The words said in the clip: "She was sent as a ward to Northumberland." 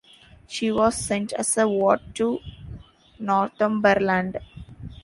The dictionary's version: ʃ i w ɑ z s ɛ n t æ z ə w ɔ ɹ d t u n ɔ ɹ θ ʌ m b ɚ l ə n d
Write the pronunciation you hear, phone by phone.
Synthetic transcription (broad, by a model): ʃ i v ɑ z s ɛ n t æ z ə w ɔ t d t u n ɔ ɹ t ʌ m b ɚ l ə n d